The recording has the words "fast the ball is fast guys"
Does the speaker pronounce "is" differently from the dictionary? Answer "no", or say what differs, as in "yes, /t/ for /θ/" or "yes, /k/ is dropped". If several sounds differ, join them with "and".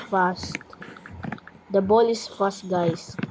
yes, /s/ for /z/